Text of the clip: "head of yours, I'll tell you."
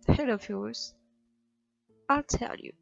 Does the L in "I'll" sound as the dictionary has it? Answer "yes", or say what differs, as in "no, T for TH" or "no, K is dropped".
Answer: yes